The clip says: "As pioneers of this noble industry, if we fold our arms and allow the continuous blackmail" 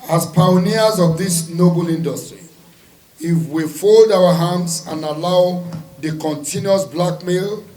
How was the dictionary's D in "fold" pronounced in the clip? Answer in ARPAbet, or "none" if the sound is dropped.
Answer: D